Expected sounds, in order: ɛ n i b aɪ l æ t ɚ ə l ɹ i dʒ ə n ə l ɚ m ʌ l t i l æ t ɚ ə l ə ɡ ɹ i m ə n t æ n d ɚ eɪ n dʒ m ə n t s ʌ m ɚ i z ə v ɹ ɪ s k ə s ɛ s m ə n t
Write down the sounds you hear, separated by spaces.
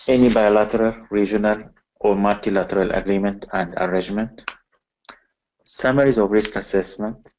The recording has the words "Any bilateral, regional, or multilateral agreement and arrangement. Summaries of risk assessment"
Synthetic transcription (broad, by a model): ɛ n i b aɪ l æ t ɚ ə l ɹ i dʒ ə n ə l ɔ m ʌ l t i l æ t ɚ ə l ə ɡ ɹ i m ə n t æ n d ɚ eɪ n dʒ m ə n t s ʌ m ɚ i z ə v ɹ ɪ s k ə s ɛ s m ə n t